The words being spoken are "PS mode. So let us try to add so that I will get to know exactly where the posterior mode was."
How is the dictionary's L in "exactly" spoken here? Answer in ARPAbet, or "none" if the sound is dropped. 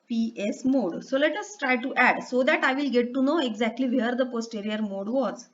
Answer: L